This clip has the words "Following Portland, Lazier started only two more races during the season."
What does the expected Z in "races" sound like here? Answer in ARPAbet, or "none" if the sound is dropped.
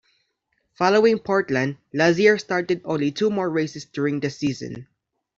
S